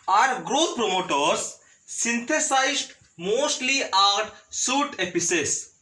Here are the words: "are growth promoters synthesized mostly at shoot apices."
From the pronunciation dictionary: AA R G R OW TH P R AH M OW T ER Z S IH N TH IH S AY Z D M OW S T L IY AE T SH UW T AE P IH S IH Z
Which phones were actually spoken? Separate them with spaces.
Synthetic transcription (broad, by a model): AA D G R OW T P R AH M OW T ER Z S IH N T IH S AY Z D M OW S T L IY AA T S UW T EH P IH S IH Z